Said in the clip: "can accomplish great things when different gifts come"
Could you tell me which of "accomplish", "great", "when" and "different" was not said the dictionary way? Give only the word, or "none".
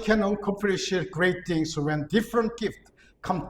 accomplish